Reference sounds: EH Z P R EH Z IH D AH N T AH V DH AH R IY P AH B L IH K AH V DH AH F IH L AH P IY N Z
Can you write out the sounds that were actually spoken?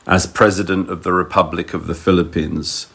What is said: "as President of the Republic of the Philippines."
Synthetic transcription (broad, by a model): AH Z P R EH Z IH D AH N T AH V DH AH R IY P AH B L IH K AH V DH AH F IH L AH P IY N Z